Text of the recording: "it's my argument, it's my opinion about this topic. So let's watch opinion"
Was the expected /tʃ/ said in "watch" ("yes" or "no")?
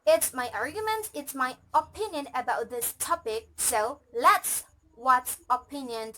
no